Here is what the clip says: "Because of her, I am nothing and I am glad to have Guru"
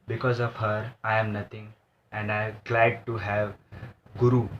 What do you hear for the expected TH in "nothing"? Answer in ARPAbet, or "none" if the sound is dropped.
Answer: T